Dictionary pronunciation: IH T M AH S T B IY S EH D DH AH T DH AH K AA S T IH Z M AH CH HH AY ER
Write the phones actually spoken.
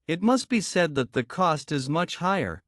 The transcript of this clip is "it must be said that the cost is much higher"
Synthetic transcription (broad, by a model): IH T M AH S T B IY S EH D DH AH T DH AH K AA S T IH Z M AH CH HH AY ER